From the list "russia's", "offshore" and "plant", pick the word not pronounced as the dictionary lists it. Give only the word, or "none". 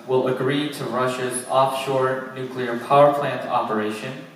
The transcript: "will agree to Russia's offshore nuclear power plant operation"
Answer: none